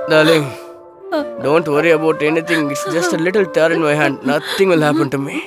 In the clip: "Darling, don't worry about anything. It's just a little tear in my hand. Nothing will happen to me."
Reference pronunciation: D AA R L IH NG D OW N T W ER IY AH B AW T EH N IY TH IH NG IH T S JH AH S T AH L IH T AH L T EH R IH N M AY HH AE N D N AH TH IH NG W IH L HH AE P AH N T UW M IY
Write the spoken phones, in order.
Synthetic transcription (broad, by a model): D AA L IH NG D OW N T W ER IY AH B AW T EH N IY T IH NG IH T S JH AH S T AH L IH T AH L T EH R IH N M AY HH AE N D N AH T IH NG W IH L HH AE P AH N T UW M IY